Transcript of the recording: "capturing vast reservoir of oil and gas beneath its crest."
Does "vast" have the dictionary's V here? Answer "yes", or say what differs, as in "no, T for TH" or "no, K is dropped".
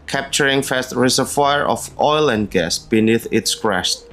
no, F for V